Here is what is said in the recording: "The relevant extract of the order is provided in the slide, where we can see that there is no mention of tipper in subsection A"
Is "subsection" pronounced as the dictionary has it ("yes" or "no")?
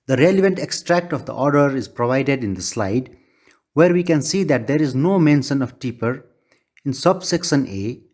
no